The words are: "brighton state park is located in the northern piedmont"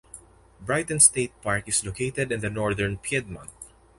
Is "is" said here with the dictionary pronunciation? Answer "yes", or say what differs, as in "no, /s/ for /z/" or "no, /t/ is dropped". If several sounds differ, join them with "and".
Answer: no, /s/ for /z/